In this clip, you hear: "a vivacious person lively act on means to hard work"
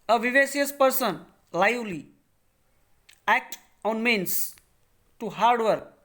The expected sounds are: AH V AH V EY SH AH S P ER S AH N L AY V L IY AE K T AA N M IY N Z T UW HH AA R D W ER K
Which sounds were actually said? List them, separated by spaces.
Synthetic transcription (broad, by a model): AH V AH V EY S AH S P ER S AH N L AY L IY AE K T AA N M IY N S T UW HH AA R D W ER K